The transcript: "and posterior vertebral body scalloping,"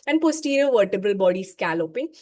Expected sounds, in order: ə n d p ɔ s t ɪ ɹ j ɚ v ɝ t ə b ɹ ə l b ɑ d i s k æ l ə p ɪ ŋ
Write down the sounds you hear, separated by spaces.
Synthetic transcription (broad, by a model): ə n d p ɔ s t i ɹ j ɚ v ɝ t ə b ɹ ə l b ɑ d i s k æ l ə p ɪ